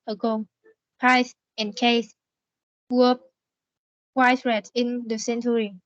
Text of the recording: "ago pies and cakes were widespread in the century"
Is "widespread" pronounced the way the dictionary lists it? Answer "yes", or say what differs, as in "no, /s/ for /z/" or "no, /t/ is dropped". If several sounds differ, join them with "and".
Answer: no, /p/ is dropped